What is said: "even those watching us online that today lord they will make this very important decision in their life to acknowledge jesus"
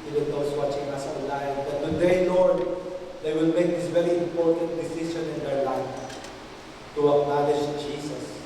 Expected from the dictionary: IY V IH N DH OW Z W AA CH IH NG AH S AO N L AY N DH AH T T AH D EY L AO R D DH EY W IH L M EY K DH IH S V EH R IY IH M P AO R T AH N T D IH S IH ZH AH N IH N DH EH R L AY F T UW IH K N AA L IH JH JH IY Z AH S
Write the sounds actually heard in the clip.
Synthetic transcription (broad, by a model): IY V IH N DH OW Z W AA CH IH NG AH S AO L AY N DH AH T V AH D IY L AO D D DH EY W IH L M EY K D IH S V EH R IY IH M P AO R T AH N T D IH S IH SH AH N IH N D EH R L AY F T UW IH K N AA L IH SH JH IY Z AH S